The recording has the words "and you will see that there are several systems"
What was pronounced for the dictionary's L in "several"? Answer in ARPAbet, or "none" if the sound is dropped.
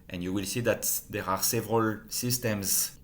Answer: L